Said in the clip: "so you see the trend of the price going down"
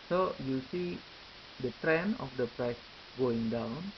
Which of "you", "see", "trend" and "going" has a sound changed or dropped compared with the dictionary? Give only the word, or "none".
trend